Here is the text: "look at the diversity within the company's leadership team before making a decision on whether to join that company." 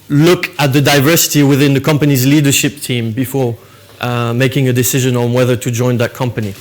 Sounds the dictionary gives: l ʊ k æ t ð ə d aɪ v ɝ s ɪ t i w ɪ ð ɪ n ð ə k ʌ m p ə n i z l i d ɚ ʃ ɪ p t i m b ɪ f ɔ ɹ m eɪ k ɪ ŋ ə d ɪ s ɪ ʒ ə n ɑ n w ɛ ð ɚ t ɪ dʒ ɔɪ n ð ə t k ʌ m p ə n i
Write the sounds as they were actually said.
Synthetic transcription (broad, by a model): l ʊ k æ t ð ə d aɪ v ɝ s ɪ t i w ɪ ð ɪ n ð ə k ʌ m p ə n i z l i d ɚ ʃ ɪ p t i m b ɪ f ɔ ɹ m eɪ k ɪ ŋ ə d ɪ s ɪ ʒ ə n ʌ n w ɛ ð ɚ t ɪ dʒ ɔɪ n ð ə t k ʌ m p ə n i